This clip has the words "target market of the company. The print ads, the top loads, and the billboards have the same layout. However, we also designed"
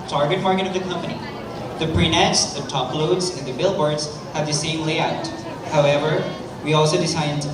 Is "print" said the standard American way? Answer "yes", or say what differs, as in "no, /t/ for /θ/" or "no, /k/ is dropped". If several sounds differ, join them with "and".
no, /t/ is dropped